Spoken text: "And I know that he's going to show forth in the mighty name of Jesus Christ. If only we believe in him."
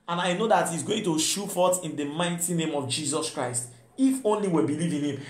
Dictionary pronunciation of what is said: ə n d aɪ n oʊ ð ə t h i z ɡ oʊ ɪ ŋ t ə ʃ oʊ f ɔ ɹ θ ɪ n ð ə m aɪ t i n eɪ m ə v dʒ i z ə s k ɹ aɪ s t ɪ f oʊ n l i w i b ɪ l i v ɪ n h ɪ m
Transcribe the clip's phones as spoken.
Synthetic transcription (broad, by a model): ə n aɪ n oʊ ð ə t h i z ɡ oʊ ɪ ŋ t ə ʃ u f ɔ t ɪ n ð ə m aɪ t i n eɪ m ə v dʒ i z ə s k ɹ aɪ s t ɪ f oʊ n l i w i b ɪ l i v ɪ n h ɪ m